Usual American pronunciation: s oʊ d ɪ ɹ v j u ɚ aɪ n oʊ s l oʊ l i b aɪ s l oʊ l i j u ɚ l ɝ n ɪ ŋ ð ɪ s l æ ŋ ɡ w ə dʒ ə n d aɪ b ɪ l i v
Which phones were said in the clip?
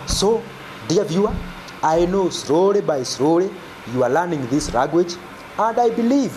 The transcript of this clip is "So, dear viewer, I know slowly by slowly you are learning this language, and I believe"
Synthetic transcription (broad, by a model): s oʊ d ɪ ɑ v j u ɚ aɪ n oʊ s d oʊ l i b aɪ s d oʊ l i j u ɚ l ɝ n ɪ ŋ ð ɪ s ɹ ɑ ɡ w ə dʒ ə n d aɪ b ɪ l i v